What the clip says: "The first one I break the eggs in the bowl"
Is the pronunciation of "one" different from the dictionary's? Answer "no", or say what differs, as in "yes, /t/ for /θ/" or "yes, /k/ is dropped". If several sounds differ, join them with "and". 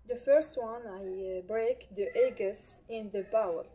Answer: no